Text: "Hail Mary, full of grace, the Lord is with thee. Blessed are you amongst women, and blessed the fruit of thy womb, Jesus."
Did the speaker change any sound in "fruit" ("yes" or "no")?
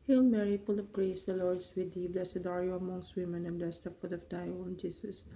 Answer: yes